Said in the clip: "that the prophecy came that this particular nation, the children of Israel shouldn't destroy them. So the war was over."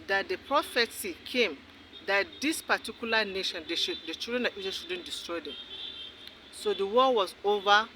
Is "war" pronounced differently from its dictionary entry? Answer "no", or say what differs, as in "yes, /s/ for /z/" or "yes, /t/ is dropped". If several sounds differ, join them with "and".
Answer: yes, /l/ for /ɹ/